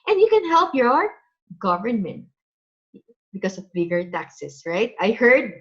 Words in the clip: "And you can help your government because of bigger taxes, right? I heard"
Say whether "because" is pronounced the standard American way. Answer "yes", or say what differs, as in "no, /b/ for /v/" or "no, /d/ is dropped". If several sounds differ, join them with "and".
no, /s/ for /z/